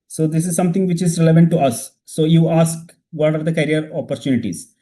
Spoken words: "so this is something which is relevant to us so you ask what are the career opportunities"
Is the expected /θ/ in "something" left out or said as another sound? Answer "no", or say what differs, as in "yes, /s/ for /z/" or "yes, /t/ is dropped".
yes, /t/ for /θ/